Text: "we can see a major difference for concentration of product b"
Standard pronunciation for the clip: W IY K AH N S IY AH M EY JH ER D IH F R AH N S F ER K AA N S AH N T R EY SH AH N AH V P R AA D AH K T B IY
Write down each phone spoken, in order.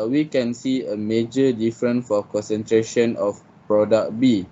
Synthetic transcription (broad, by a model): W IY K AH N S IY AH M EY JH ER D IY F R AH N F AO K AA N S AH N T R EY SH AH N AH F P R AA D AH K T B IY